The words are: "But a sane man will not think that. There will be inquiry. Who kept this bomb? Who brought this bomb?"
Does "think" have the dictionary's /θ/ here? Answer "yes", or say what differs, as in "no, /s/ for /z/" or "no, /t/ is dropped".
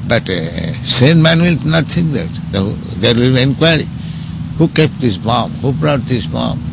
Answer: no, /t/ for /θ/